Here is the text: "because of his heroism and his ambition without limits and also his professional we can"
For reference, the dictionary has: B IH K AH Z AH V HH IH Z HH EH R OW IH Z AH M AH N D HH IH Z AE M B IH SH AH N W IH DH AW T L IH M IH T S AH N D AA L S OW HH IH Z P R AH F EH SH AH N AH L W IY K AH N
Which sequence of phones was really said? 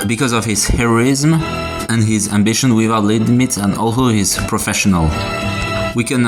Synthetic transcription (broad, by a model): B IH K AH Z AH V HH IH Z HH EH R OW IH Z M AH N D HH IH Z AE M B IH SH AH N W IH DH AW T L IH M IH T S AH N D AA L S OW HH IH Z P R AH F EH SH AH N AH L W IY K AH N